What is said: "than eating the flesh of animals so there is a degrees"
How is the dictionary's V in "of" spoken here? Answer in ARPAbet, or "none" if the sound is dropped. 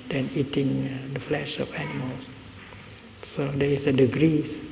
F